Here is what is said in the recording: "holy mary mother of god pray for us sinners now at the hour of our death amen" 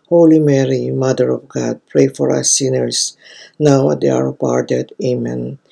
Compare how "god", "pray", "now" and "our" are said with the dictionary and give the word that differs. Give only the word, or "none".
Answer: none